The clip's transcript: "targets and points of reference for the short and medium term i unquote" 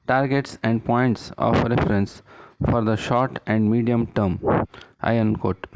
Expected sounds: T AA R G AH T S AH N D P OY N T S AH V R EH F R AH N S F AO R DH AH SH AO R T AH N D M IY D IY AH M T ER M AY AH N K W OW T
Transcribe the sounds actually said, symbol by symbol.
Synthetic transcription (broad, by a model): T AA R G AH T S AH N D P OY N T S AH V R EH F R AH N S F AO R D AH SH AO R T AH N D M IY D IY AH M T ER M AY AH N K OW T